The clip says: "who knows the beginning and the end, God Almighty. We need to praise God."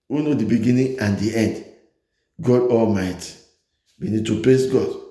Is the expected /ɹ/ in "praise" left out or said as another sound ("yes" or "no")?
yes